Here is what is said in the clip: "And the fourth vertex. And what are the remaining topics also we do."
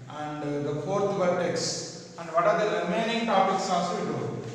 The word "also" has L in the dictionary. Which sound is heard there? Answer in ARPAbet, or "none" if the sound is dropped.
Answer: none